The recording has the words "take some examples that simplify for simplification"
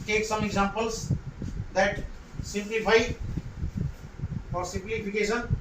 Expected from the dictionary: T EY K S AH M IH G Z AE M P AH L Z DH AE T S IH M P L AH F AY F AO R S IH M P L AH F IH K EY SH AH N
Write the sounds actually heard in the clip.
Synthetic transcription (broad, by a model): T EY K S AH M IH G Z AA M P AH L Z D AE T S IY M P L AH P AY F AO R S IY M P L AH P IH K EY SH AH N